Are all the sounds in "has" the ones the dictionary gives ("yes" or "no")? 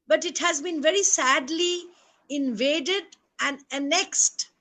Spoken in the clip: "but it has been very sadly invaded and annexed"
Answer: yes